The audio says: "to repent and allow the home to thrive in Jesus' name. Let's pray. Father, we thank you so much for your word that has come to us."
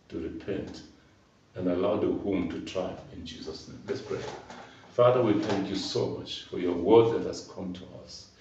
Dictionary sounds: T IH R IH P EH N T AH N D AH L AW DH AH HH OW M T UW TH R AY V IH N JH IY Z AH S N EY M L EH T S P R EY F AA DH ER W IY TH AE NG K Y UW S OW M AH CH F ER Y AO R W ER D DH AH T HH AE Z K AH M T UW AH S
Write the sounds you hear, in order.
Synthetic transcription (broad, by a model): T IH R IH P EH N T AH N AH L AW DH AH HH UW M T UW T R AY IH N JH IY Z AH S N EY M L EH T S P R EY F AA DH ER W IY TH AE NG K Y UW S OW M AH CH F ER Y AO R W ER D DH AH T HH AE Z K AH M T UW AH S